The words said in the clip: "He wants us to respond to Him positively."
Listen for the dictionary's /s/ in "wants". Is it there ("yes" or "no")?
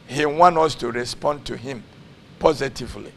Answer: no